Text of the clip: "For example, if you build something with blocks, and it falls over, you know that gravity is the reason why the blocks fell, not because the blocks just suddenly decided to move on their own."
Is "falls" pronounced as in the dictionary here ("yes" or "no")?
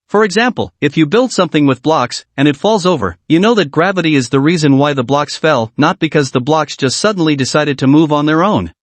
yes